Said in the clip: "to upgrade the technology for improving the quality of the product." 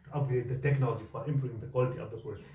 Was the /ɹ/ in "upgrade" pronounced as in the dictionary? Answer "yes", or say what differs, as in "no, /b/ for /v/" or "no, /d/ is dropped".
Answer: no, /ɹ/ is dropped